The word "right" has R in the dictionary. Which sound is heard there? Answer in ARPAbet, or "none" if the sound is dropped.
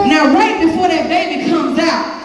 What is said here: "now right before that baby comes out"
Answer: W